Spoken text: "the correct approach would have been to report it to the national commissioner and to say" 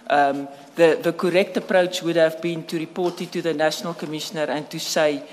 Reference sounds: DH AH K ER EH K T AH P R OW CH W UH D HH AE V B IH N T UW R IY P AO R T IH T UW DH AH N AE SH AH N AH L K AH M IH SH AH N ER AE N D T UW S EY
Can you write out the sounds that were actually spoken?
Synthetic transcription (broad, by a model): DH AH K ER EH K T AH P R OW CH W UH D HH AE V B IH N T UW R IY P AO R T IH T UW DH AH N AE SH AH N AH L K AH M IH SH AH N ER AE N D T UW S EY